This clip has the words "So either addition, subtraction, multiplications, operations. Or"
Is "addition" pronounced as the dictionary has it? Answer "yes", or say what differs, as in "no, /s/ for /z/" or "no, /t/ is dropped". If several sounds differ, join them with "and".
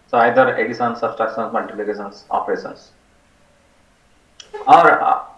no, /s/ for /ʃ/